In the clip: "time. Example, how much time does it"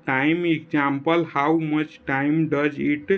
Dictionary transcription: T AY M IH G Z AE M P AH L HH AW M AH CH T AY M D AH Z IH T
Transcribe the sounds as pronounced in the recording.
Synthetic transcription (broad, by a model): T AY M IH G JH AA M P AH L HH AW M AH CH T AY M D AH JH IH T